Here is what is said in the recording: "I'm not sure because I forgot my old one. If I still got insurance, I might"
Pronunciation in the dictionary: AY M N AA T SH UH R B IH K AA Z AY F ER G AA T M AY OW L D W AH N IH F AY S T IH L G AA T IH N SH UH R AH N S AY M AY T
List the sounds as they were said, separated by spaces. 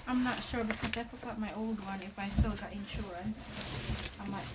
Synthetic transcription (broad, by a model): AY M N AA T SH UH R B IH K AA S AY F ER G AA T M AY OW L D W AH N IH F AY S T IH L G AA T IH N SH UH R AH N S AY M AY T